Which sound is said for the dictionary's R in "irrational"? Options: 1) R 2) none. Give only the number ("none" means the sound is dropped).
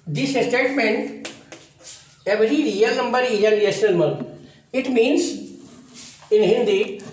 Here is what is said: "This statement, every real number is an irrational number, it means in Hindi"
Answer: 2